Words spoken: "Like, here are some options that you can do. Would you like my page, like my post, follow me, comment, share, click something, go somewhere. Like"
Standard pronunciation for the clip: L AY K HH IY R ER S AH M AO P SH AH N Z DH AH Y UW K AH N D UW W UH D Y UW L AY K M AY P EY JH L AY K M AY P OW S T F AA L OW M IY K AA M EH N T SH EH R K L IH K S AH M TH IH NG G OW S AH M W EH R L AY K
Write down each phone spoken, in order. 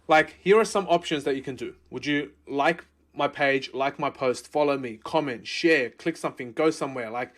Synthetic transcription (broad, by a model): L AY K HH IY R ER S AH M AO P SH AH N Z DH AH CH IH K AH N D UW W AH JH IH L AY K M AY P EY JH L AY K M AY P OW S T F AA L OW M IY K AA M EH N T SH EH R K L IH K S AH M TH IH NG G OW S AH M W EH R L AY K